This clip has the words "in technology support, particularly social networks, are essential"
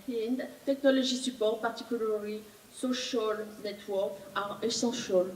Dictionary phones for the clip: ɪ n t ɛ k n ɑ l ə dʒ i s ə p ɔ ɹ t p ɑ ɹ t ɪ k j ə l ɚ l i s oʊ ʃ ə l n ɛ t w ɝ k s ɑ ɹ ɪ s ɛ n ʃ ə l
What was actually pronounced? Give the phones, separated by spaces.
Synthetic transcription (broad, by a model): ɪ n t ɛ k n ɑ l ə ʒ i s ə p ɔ ɹ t p ɑ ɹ t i k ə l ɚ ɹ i s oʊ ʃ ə l n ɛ t w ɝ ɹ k ɑ ɹ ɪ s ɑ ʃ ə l